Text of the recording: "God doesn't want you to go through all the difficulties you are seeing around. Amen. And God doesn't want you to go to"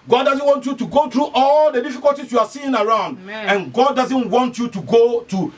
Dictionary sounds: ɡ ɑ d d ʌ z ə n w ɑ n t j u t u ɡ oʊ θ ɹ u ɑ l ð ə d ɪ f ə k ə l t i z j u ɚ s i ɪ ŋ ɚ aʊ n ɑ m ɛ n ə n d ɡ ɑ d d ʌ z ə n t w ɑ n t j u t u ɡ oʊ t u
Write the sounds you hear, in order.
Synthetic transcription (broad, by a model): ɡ ɑ d d ʌ z ə n w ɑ n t j u t u ɡ oʊ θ ɹ u ɑ l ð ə d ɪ f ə k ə l t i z j u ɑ s i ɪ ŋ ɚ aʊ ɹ ɑ ʊ n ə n ɡ ɑ d d ʌ z ə n t w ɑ n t j u t u ɡ oʊ t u